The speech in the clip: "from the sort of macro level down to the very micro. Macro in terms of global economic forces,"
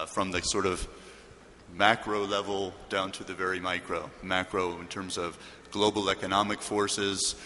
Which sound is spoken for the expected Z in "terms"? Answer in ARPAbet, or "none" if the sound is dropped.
Z